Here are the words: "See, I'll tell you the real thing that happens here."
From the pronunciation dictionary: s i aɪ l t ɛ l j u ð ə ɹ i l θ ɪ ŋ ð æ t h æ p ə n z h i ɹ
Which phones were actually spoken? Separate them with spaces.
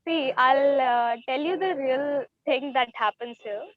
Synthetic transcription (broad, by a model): s i aɪ l t ɛ l j u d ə ɹ i l t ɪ ŋ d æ t h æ p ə n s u